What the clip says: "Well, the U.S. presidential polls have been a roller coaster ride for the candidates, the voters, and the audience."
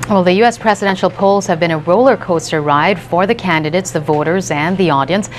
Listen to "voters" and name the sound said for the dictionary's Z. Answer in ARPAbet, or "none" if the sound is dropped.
Z